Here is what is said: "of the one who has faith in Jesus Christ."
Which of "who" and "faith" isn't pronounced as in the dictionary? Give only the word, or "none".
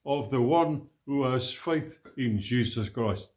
none